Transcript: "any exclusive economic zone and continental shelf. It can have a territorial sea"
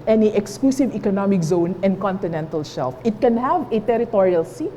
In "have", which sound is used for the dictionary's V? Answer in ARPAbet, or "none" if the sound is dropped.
V